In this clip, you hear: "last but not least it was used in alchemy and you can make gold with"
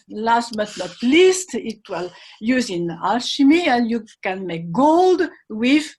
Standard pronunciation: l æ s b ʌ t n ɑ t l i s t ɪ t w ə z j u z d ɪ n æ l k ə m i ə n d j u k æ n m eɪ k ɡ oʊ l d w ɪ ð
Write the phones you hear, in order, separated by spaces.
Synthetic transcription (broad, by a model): l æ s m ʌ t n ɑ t l i s t ɪ t w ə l j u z ɪ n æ l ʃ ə m i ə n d j u k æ n m eɪ k ɡ oʊ l d w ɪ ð